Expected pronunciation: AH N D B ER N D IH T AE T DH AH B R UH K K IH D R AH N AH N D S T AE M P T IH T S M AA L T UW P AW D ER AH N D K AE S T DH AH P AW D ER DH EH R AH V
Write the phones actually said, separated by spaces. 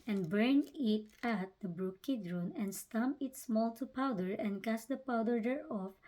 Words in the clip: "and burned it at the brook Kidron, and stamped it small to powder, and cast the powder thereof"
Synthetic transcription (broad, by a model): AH N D B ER N IH T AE T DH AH B R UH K K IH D R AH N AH N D S T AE M P IH T S M AA L T UW P AW D ER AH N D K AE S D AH P AW D ER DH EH R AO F